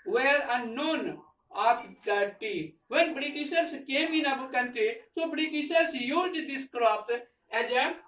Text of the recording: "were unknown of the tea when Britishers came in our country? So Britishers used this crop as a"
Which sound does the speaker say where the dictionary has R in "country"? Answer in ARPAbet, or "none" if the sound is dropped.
none